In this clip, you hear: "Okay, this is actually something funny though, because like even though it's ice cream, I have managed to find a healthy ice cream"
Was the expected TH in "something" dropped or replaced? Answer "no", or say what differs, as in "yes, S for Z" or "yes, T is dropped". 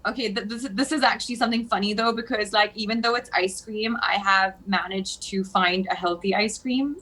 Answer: no